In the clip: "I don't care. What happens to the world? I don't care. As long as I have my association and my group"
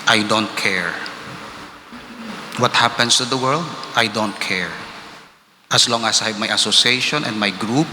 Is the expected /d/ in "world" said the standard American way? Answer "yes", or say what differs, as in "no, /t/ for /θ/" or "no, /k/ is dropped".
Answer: yes